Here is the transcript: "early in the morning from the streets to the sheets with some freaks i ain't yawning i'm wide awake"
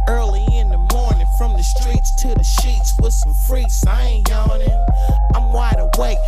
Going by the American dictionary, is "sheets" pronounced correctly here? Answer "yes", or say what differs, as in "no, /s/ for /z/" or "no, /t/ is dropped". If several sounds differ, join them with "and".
yes